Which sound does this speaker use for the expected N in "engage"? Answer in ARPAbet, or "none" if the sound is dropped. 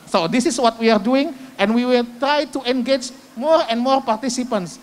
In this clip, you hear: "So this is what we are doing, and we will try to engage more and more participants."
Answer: N